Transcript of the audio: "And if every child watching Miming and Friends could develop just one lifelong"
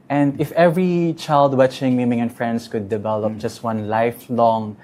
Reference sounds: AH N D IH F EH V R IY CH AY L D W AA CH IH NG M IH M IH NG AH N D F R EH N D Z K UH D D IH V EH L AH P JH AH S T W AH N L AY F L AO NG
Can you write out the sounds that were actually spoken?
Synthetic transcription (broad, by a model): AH N D IH F EH V R IY CH AY L D W AA CH IH NG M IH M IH NG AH N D F R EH N D S K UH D D IH V EH L AH P JH AH S T W AH N L AY F L AO NG